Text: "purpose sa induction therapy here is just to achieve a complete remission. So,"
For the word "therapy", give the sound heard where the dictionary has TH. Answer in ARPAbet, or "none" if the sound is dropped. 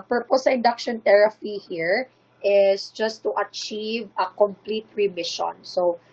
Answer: T